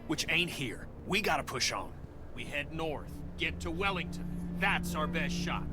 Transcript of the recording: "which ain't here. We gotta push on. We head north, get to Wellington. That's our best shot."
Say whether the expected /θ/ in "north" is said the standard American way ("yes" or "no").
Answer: yes